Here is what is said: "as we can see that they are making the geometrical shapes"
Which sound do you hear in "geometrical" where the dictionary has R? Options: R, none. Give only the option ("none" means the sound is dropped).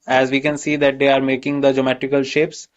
none